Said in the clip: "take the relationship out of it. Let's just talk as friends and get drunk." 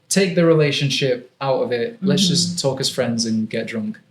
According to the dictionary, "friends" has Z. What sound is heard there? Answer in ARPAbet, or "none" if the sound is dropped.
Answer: Z